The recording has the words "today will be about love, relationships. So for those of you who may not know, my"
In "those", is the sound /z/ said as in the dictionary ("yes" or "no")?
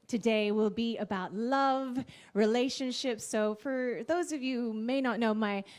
yes